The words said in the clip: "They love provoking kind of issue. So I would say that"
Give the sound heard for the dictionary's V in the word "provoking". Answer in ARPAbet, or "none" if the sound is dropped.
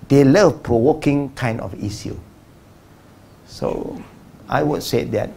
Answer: W